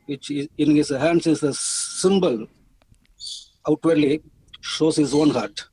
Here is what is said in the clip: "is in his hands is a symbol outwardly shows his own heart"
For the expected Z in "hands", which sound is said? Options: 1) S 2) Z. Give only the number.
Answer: 1